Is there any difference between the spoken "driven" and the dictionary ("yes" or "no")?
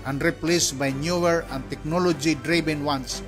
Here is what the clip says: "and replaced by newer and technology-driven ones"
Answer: yes